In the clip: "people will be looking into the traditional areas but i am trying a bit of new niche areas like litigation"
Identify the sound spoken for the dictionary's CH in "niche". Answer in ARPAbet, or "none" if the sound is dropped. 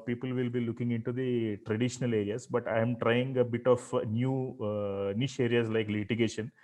SH